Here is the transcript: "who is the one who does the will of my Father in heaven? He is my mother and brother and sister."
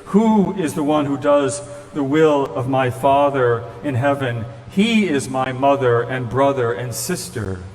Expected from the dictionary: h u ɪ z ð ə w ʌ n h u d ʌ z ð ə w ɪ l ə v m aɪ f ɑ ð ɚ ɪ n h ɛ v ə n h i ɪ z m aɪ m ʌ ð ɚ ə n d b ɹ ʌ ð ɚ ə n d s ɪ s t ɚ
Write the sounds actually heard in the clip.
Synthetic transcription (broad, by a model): h u ɪ z ð ə w ʌ n h u d ʌ z ð ə w ɪ l ə v m aɪ f ɑ ð ɚ ɪ n h ɛ v ə n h i ɪ z m aɪ m ʌ ð ɚ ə n b ɹ ʌ ð ɚ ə n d s ɪ s t ɚ